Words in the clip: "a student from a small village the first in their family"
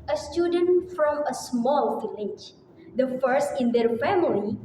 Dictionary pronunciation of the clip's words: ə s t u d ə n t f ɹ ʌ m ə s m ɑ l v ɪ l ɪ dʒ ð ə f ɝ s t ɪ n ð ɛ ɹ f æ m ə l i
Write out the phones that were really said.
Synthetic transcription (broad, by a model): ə s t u d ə n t f ɹ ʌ m ə s m ɑ l f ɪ l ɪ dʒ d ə f ɝ s t ɪ n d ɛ ɹ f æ m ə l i